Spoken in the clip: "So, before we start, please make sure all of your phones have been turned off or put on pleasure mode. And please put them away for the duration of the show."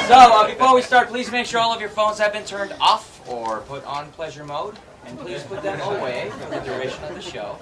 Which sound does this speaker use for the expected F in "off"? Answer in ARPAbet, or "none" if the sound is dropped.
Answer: F